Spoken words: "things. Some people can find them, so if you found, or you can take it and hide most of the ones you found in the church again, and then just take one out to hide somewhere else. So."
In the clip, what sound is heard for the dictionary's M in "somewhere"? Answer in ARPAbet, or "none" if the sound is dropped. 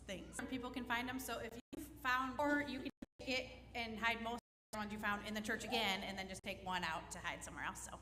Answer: M